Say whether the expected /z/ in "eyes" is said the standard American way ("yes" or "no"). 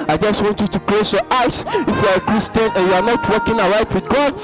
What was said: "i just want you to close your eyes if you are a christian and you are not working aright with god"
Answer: no